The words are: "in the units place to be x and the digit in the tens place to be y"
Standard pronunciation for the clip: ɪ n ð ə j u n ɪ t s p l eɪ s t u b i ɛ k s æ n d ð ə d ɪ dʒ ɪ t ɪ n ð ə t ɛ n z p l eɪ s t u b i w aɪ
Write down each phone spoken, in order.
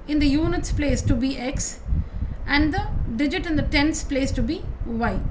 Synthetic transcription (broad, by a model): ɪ n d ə j u n ɪ t s p l eɪ s t u b i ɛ k s æ n d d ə d ɪ dʒ ɪ t ɪ n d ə t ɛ n s p l eɪ s t u b i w aɪ